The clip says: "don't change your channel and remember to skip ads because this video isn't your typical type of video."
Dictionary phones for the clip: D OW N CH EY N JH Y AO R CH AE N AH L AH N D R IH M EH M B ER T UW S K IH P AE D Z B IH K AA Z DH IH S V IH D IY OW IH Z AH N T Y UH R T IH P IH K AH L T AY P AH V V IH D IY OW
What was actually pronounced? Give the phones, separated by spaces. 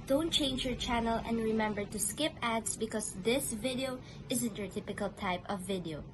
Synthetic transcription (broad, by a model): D OW N CH EY N JH Y AO R CH AE N AH L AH N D R IH M EH M B ER T UW S K IH P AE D S B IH K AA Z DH IH S V IH D IY OW IH Z AH N T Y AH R T IH P IH K AH L T AY P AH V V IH D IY OW